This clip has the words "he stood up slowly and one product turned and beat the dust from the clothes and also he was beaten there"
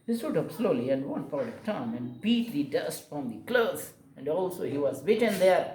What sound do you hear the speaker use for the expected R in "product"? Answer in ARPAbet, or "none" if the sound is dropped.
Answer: none